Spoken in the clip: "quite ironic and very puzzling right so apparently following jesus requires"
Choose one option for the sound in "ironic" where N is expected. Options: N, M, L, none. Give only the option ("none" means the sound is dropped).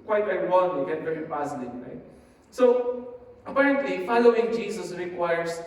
L